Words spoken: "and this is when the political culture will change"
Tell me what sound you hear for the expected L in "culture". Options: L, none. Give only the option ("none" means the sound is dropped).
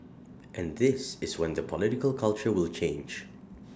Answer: L